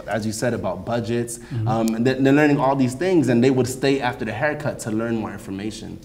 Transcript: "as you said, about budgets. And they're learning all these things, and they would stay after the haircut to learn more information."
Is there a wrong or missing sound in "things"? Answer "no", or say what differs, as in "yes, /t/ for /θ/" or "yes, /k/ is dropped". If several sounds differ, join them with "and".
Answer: no